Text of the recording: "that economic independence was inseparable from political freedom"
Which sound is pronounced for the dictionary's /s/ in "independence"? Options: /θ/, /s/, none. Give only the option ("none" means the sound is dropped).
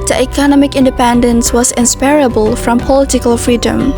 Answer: /s/